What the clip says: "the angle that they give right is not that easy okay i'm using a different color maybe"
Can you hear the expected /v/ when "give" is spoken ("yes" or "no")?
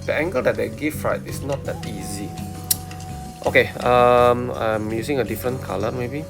no